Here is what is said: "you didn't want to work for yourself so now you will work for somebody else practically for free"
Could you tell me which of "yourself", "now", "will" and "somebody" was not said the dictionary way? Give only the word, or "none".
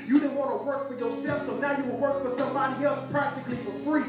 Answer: yourself